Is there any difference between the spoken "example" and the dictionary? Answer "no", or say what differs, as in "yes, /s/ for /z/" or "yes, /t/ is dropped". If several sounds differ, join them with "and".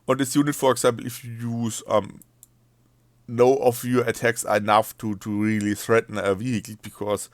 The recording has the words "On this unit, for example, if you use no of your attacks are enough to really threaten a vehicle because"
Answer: yes, /s/ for /z/